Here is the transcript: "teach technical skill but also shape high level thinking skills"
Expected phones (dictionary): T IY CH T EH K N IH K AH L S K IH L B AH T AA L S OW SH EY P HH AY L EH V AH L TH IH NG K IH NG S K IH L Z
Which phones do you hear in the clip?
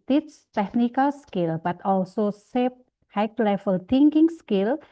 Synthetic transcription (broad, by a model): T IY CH T EH K N IH K AH L S K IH L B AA T AA L S OW S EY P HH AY L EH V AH L T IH NG K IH NG S K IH L